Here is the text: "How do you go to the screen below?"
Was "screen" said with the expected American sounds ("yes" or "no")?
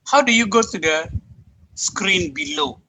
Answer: yes